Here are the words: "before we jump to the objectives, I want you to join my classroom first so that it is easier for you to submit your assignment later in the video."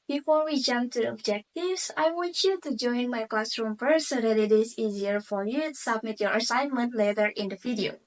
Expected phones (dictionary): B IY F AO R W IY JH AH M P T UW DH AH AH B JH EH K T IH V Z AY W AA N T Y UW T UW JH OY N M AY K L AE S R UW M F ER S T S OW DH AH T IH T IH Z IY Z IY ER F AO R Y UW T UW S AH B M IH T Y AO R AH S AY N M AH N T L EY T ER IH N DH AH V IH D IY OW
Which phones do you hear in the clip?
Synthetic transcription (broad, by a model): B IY F AO R W IY JH AH M P T UW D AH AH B JH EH K T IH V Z AY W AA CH Y UW T UW JH OY N M AY K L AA S R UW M P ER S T S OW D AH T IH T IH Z IY Z IY ER F AO R Y UW T UW S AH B M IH T Y AO R AH S AY N M AH N T L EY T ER IH N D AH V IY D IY OW